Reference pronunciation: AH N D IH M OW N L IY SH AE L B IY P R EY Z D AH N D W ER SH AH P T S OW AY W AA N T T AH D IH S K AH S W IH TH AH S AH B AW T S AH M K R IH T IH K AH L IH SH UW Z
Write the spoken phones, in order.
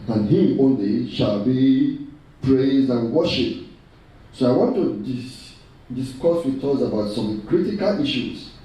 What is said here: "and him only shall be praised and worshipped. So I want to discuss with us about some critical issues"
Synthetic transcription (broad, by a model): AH N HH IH OW N L IY SH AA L B IY P R EY Z D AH N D W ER SH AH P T S OW AY W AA N T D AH D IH S K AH S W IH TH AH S AH B AW T S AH M K R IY T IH K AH L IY SH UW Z